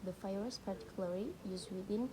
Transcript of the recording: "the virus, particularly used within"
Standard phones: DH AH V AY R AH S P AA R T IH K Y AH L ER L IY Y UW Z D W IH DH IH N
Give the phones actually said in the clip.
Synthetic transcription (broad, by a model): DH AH F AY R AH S P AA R T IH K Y L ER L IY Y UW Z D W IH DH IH N